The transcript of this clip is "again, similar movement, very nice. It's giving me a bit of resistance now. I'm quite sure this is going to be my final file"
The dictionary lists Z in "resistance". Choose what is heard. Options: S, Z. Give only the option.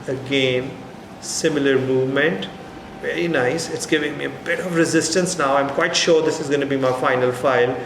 Z